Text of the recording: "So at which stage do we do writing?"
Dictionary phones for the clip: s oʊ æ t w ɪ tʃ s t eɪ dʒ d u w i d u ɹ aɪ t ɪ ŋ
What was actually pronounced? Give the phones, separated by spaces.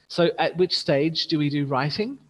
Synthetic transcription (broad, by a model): s oʊ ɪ t w ɪ tʃ s t eɪ dʒ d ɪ w i d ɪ ɹ aɪ t ɪ ŋ